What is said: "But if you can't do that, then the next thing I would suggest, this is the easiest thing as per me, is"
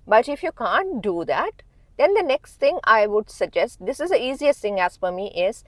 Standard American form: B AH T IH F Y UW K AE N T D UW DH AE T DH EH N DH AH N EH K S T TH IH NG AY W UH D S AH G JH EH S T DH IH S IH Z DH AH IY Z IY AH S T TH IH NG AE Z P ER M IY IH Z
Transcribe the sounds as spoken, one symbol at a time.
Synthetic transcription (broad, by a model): B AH T IH F Y UW K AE N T D UW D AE T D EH N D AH N EH K S T T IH NG AY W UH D S AH G JH EH S T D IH S IH Z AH IY Z IY AH S T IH NG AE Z F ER M IY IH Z